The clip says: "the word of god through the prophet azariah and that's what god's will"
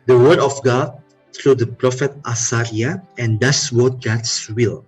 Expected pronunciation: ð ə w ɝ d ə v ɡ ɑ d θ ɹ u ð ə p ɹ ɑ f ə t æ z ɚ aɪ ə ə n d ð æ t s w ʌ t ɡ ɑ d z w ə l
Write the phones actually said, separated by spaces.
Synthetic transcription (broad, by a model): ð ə w ɝ d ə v ɡ ɑ d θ ɹ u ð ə p ɹ ɑ f ə t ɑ s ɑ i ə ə n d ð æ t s w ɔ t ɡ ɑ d s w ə l